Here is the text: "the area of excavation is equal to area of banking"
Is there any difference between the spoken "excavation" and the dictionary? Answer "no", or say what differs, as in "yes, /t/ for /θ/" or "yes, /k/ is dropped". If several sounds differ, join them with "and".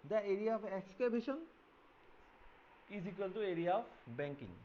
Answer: yes, /b/ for /v/